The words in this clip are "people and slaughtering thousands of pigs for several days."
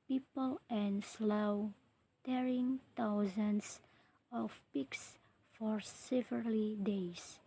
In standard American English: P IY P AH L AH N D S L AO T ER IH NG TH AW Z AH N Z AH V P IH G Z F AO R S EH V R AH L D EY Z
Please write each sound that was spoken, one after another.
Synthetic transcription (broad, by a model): P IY P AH L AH N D S L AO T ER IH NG T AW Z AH N S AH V P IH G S F AO R S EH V AH L D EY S